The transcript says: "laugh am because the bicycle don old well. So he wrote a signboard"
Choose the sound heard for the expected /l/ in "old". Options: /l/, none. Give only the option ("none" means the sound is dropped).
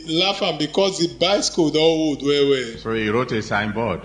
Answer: none